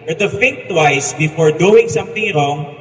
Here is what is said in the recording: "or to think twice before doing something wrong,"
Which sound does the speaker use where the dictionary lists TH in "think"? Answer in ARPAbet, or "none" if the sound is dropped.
F